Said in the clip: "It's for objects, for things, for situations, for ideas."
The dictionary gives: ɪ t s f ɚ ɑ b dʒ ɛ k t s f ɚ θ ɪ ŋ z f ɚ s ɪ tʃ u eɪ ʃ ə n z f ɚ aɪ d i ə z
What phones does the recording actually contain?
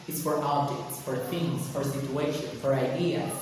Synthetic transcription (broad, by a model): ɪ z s f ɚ ɑ b dʒ ɛ k t s f ɚ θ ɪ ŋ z f ɚ s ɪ tʃ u eɪ ʃ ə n f ɚ aɪ d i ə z